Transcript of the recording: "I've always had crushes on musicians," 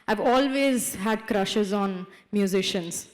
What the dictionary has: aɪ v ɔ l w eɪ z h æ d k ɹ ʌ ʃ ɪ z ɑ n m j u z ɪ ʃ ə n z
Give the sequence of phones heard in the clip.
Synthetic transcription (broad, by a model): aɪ v ɔ l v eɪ z h æ d k ɹ ʌ ʃ ɪ z ɑ n m j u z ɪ ʃ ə n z